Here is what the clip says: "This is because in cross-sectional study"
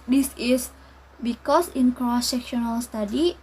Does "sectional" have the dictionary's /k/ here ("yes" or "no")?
yes